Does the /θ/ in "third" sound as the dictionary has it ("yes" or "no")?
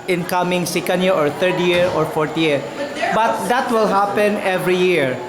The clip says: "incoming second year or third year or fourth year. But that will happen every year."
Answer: no